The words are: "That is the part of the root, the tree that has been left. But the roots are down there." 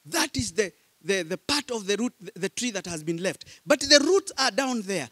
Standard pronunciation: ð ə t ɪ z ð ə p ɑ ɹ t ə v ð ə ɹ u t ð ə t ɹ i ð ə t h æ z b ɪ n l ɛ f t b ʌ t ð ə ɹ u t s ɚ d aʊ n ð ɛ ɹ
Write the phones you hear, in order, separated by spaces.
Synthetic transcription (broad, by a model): ð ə t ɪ z ð ə p ɑ ɹ t ə v ð ə ɹ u t ð ə t ɹ i ð ə t h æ z b ɪ n l ɛ f t b ʌ t ð ə ɹ u t s ɚ d aʊ n ð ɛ ɹ